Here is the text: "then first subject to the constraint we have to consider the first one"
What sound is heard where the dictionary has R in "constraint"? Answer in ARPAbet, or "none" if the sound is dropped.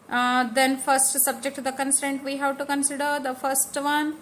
none